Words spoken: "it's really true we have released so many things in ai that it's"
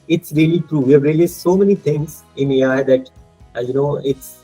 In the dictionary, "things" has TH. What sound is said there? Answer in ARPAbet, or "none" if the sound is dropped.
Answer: T